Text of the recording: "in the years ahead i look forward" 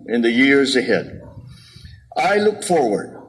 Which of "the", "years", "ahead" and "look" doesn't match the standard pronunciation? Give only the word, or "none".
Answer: none